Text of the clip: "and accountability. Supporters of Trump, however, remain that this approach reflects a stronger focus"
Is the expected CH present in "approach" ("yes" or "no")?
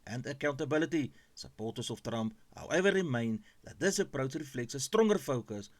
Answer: no